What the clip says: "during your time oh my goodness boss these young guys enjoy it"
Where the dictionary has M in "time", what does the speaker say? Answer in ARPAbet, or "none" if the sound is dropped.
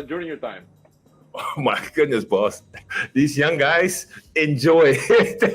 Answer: M